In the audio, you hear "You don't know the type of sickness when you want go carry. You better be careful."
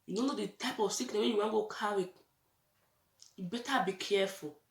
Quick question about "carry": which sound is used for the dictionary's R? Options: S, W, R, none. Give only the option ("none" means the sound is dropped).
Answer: W